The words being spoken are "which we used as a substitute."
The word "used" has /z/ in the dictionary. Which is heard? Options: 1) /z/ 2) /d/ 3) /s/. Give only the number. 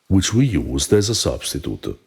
1